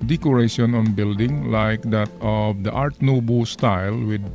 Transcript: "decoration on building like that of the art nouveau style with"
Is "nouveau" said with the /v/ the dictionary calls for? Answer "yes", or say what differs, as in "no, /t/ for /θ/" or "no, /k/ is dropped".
no, /b/ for /v/